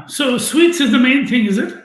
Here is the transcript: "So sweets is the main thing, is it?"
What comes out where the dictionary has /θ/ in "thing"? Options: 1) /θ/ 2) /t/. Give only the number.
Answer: 1